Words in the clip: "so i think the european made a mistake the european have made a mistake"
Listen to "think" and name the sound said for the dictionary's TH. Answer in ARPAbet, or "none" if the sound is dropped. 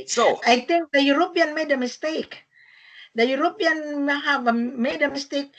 T